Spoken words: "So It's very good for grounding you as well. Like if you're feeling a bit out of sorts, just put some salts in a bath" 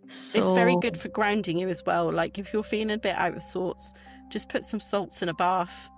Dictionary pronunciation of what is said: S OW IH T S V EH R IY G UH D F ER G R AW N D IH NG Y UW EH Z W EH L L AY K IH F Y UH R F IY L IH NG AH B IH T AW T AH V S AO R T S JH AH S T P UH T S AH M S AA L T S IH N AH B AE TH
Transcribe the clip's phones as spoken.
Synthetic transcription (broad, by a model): S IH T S V EH R IY G UH D F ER G R AW N D IH NG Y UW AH Z W EH L L AY K IH F Y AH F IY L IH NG AH B IH T AW T AH V S AO T S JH AH S P UH T S AH M S AA L T S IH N AH B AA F